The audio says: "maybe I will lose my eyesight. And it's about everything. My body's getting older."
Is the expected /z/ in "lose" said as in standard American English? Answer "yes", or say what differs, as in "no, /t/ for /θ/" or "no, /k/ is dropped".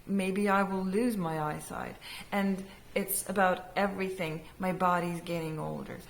yes